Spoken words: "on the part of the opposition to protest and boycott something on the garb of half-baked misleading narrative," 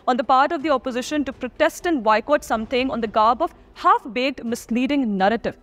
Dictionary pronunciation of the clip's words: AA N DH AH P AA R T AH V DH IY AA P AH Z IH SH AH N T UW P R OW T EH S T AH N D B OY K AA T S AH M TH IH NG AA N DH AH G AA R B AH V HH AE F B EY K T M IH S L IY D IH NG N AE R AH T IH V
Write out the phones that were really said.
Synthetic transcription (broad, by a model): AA N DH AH P AA R T AH V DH IY AA P AH Z IH SH AH N T UW P R OW T EH S T AH N D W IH K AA T S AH M T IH NG AA N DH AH G AA R B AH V HH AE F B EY T M IH S L IY D IH NG N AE R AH T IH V